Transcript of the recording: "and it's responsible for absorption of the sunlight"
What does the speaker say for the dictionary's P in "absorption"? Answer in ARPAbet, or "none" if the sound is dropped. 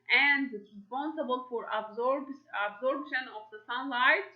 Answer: B